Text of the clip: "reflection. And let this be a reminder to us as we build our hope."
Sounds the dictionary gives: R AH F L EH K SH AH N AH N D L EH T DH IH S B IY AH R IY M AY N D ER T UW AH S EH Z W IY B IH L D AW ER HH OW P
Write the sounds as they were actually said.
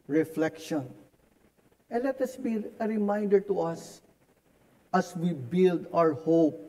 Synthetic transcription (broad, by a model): R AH F L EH K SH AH N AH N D L EH T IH S B IY AH R IY M AY N D ER T UW AH S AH S W IY B IH L D AW ER HH OW P